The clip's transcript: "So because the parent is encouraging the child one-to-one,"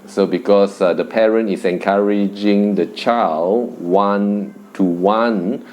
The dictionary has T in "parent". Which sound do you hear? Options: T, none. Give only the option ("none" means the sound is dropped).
T